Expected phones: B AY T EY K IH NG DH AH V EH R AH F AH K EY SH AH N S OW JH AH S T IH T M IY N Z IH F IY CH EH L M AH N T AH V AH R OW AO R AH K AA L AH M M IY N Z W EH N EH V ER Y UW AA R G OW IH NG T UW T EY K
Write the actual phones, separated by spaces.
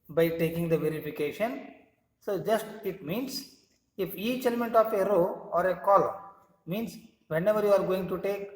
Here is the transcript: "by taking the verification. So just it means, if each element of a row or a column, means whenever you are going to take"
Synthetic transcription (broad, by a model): B AY T EY K IH NG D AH V EH R AH F AH K EY SH AH N S OW JH AH S T IH T M IY N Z IH F IY CH EH L M AH N T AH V AH R OW AO R AH K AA L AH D M IY N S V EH N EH V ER Y UW AA R G OW IH NG T UW T EY K